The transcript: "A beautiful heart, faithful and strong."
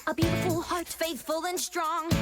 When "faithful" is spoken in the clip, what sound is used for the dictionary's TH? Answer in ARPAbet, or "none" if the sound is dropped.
TH